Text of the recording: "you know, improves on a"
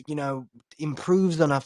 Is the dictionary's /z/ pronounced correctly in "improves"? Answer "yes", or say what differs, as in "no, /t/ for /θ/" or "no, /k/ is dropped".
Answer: yes